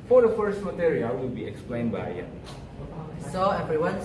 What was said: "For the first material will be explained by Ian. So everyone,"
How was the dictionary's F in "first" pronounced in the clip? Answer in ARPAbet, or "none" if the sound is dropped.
F